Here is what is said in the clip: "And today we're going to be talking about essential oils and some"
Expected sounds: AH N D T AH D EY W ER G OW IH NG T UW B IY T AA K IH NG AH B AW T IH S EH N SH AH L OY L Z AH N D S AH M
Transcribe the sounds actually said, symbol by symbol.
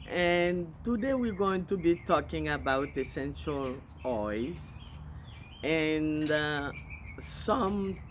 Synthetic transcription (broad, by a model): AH N T AH D EY W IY G OW IH NG T UW B IY T AA K IH NG AH B AW T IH S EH N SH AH L OY Z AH N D S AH M